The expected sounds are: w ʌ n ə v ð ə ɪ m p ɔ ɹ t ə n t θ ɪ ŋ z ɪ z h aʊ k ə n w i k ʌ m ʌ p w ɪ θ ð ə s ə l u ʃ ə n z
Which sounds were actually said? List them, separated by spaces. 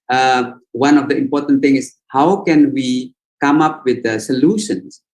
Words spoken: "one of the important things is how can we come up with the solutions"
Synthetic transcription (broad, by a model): w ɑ n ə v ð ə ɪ m p ɔ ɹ t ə n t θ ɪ ŋ ɪ s h aʊ k ə n w i k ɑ m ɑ p w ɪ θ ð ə s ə l u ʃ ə n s